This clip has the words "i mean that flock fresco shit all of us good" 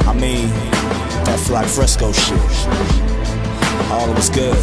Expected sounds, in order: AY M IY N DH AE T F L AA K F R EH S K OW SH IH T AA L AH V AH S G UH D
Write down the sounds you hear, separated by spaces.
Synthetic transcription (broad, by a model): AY M IY N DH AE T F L AA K F R EH S K OW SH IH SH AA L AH W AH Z G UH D